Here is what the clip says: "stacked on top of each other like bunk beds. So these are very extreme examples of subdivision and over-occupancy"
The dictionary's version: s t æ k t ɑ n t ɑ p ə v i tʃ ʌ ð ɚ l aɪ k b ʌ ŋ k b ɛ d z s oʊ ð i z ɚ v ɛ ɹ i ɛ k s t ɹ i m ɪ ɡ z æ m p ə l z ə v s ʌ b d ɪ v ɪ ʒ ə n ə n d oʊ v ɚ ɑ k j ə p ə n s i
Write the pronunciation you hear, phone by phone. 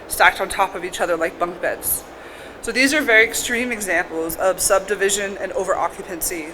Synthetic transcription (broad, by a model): s t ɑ k t n t ɑ p ə v i tʃ ʌ ð ɚ l aɪ k b ʌ ŋ k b ɛ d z s oʊ ð i z ɚ v ɛ ɹ i ɛ k s t ɹ i m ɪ ɡ z æ m p l z ə v s ʌ b d ɪ v ɪ ʒ ə n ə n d oʊ v ɚ ɑ k j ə p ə n s i